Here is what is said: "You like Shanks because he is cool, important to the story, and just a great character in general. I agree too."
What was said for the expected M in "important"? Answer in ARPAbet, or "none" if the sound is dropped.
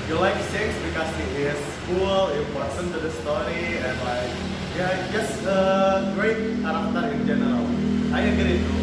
none